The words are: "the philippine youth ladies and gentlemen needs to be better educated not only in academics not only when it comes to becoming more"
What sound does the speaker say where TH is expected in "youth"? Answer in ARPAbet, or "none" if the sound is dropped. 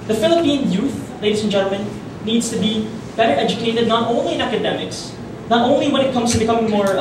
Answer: TH